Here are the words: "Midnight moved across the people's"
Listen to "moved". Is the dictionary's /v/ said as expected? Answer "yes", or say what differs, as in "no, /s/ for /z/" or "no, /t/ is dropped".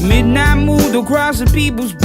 no, /v/ is dropped